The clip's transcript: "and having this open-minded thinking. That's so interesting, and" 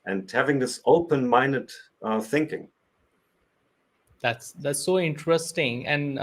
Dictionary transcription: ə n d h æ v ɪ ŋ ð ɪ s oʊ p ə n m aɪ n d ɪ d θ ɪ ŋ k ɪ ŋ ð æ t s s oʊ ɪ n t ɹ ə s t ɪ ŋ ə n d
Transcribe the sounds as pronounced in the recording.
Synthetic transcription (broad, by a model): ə n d h æ v ɪ ŋ ð ɪ s oʊ p ə n m aɪ n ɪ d θ ɪ ŋ k ɪ ŋ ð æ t s s oʊ ɪ n t ɹ ə s t ɪ ŋ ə n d